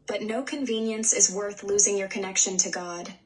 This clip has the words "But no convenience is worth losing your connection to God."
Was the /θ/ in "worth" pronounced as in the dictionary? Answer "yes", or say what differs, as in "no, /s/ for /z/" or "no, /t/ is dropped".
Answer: yes